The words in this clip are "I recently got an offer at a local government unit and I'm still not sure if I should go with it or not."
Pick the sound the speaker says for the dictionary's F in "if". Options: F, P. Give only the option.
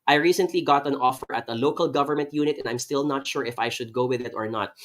F